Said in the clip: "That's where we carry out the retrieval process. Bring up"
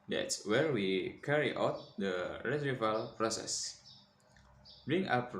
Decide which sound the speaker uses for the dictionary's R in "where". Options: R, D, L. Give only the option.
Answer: R